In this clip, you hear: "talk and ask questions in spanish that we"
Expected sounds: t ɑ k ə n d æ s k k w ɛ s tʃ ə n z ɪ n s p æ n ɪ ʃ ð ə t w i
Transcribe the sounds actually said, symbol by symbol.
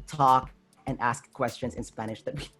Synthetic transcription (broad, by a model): t ɑ k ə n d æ s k k w ɛ s tʃ ə n z ɪ n s p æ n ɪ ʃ ð ə t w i